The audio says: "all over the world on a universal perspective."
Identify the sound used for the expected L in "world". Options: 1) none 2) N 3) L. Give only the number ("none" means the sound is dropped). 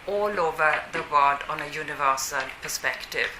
1